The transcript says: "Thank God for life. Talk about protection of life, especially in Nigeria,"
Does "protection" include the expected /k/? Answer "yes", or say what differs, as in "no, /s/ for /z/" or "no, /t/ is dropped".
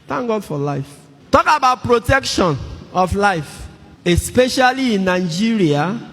yes